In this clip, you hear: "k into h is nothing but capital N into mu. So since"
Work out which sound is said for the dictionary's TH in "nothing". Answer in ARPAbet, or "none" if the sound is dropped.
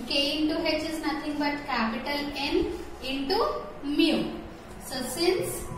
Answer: T